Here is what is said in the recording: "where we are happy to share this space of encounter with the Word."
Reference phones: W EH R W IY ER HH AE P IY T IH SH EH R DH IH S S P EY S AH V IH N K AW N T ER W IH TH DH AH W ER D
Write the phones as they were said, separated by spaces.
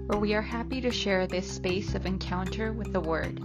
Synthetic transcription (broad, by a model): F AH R W IY ER HH AE P IY T IH SH EH R DH IH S S P EY S AH V IH N K AW N T ER W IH DH AH W ER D